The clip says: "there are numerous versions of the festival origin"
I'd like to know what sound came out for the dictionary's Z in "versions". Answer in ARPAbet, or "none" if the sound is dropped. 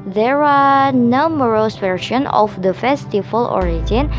none